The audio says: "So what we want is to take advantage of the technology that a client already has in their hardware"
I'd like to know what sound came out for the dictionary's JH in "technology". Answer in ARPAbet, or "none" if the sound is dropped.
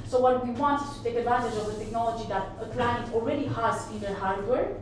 JH